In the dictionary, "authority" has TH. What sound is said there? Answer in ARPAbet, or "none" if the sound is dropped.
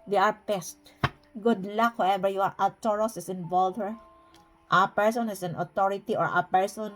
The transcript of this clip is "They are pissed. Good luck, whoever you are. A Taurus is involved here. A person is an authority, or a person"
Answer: T